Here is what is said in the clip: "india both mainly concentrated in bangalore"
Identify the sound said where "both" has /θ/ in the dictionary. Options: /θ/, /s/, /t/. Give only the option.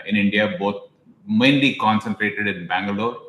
/t/